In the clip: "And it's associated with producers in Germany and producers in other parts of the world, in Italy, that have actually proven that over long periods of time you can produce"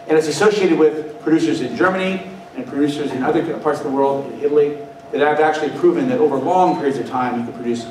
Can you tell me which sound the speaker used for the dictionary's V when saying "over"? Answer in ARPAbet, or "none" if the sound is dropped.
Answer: V